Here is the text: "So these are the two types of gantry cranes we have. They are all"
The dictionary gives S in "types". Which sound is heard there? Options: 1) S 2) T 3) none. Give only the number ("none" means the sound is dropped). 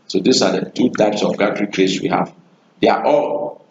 1